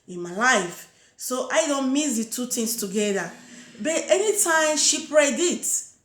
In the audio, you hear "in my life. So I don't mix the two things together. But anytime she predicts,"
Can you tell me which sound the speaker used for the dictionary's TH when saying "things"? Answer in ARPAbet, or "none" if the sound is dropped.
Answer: T